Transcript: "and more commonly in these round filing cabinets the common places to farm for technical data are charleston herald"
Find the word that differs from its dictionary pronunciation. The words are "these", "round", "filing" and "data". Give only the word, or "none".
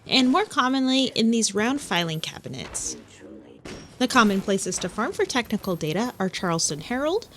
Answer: none